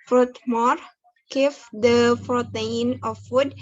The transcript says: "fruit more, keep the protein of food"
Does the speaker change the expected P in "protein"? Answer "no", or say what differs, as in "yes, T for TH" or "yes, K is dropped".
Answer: yes, F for P